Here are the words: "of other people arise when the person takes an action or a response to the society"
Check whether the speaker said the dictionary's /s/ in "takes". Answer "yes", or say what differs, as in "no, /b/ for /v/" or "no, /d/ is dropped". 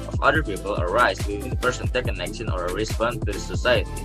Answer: no, /s/ is dropped